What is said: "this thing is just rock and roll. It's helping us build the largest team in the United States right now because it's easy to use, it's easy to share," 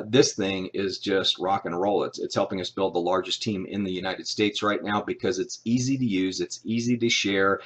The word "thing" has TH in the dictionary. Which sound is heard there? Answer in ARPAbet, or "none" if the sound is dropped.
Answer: TH